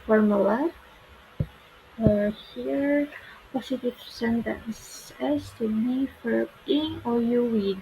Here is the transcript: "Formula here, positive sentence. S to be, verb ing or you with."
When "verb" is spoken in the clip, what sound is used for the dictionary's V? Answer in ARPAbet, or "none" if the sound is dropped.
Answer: F